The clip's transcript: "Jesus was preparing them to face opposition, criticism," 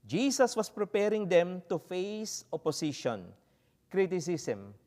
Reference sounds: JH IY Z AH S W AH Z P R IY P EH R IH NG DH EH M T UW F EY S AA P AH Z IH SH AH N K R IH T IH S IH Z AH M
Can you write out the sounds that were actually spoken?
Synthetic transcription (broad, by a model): JH IY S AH S W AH S P R IY P EH R IH NG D EH M T UW F EY S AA P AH S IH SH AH N K R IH T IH S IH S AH M